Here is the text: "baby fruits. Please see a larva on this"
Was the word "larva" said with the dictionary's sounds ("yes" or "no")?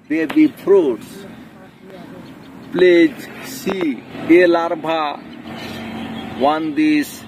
no